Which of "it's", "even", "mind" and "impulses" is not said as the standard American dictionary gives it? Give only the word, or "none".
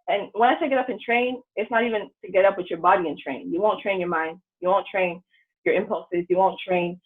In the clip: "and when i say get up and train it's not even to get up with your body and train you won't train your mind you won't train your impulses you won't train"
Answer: none